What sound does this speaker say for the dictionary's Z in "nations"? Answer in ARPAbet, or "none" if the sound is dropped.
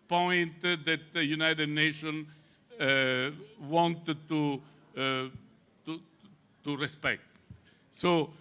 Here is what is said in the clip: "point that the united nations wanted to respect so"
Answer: none